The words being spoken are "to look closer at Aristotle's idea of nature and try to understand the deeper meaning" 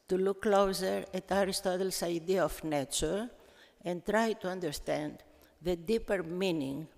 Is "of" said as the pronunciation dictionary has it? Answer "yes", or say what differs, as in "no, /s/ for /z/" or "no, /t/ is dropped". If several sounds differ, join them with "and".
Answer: no, /f/ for /v/